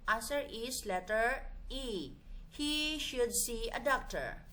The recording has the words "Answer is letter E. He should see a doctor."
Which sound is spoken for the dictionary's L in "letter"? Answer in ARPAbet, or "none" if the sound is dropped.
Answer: L